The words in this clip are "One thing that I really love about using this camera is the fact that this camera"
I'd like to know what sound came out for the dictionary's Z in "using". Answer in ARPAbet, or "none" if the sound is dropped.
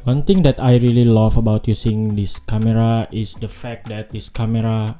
S